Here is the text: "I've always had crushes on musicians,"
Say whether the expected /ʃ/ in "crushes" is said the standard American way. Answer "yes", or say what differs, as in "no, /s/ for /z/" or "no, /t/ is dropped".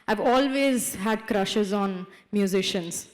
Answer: yes